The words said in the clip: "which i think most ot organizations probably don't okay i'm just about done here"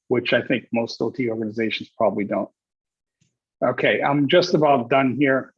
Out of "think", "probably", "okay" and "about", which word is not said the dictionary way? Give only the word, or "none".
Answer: none